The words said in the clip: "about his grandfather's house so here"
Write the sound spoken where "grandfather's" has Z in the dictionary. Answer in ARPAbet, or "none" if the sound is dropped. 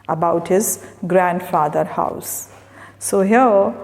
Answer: none